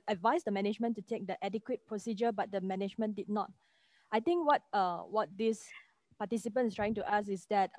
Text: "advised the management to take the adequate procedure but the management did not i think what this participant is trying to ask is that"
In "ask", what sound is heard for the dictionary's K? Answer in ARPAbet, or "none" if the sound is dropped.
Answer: none